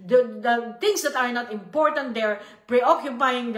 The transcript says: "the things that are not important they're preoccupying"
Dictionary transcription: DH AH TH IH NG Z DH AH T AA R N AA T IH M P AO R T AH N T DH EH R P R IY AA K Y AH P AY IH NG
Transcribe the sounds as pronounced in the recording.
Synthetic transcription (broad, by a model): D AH T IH NG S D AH T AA R N AA T IH M P AO R T AH N T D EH R P R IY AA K Y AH P AY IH NG